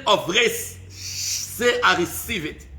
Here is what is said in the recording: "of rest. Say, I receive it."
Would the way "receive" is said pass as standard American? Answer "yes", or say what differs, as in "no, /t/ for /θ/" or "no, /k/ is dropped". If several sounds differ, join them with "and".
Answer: yes